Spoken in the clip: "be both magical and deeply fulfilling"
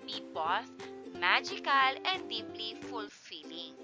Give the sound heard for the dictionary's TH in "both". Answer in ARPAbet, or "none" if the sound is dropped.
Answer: S